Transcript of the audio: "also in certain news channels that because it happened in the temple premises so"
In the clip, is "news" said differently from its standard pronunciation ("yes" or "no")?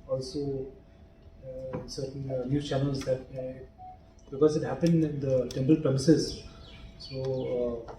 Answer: yes